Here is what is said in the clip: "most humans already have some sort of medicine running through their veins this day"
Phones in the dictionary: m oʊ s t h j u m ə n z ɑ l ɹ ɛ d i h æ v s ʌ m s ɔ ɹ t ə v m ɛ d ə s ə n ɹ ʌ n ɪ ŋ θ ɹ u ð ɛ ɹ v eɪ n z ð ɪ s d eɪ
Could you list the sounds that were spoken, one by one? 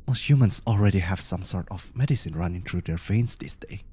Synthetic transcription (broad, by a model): m oʊ s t h j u m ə n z ɑ l ɹ ɛ d i h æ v s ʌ m s ɔ ɹ t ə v m ɛ d ə s ə n ɹ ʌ n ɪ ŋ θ ɹ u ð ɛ ɹ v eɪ n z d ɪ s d eɪ